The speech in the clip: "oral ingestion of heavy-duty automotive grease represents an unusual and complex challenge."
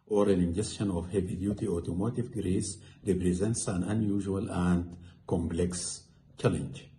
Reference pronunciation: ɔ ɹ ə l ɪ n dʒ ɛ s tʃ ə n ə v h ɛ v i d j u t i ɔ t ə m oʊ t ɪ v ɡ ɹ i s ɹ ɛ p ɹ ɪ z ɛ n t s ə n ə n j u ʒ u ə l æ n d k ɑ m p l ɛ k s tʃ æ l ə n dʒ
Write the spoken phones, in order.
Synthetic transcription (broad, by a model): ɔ ɹ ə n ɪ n dʒ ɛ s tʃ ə n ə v h ɛ v i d j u t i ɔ t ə m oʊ t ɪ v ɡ ɹ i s ɹ ɛ p ɹ ɪ z ɛ n t s ə n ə n j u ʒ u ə l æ n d k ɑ m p l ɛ k s tʃ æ l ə n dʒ